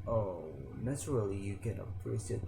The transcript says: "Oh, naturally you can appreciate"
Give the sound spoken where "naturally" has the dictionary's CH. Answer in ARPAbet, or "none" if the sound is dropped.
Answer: S